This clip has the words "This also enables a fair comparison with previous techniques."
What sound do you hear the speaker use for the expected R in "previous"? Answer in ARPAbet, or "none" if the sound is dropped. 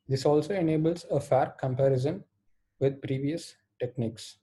R